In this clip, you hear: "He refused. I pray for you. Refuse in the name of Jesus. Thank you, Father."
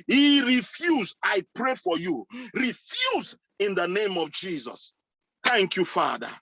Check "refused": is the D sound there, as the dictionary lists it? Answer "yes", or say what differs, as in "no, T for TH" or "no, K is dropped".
no, D is dropped